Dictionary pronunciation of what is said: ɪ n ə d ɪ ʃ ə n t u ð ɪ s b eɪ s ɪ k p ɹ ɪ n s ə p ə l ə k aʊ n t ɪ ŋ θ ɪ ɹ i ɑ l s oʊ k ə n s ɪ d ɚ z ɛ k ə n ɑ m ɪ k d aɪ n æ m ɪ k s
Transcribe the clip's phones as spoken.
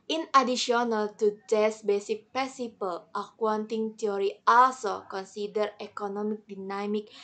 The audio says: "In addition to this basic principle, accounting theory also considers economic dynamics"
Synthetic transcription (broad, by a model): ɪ n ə d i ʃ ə n t u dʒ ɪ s b eɪ s ɪ k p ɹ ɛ s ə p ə l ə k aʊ n t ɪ ŋ t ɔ ɹ i ɑ l s oʊ k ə n s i d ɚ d ɛ k ə n ɑ m ɪ k d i n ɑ m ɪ k